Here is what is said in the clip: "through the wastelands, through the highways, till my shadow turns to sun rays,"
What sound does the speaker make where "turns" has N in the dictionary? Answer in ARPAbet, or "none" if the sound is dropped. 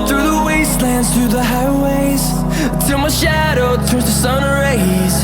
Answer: none